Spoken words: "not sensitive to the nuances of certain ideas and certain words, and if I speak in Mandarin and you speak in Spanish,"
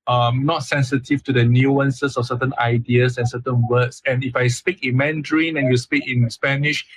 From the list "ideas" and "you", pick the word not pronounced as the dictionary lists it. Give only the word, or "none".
ideas